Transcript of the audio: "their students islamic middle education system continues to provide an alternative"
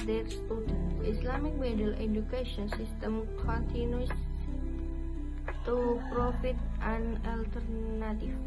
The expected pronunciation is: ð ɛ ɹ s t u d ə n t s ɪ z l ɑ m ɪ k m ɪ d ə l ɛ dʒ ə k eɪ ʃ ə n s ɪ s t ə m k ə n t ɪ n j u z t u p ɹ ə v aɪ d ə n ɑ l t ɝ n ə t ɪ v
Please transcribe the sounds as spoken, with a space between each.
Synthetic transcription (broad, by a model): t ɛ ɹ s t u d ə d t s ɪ s l ɑ m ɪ k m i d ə l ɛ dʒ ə k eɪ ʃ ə n s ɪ s t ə m k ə n t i n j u s t u p ɹ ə f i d ə n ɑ l t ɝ n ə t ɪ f